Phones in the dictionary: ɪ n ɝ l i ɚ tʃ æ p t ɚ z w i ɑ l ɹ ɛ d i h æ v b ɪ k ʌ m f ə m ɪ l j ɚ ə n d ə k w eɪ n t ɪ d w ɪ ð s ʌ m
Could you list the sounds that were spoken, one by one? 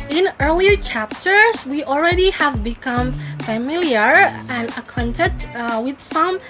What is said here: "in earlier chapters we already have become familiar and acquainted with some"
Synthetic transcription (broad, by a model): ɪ n ɝ l i ɚ tʃ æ p t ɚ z w i ɑ l ɹ ɛ d i h æ v b ɪ k ʌ m f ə m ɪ l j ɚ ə n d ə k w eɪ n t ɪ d w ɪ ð s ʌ m